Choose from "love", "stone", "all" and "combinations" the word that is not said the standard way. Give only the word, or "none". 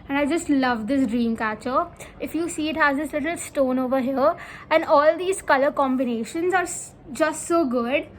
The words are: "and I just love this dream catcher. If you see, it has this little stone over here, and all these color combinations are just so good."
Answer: none